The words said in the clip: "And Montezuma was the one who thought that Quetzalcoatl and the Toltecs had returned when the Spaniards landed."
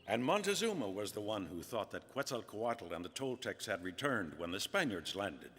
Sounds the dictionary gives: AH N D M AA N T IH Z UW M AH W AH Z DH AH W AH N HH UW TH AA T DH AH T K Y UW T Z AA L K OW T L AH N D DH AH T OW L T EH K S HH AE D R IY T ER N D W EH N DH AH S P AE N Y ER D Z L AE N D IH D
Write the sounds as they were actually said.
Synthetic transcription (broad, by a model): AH N M AA N T IH Z UW M AH W AH Z DH AH W AH N HH UW TH AA T DH AH T K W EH T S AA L K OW T L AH N DH AH T OW L T EH K S HH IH D R IY T ER N D W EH N DH AH S P AE N Y ER D Z L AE N D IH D